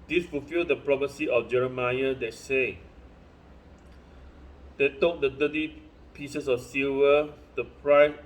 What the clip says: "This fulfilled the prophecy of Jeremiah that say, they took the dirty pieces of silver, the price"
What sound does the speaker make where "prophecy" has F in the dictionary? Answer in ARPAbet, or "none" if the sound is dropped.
P